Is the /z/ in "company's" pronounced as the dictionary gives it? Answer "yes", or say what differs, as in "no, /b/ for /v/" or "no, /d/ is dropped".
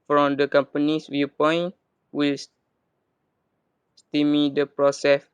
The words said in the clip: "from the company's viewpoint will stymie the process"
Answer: no, /s/ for /z/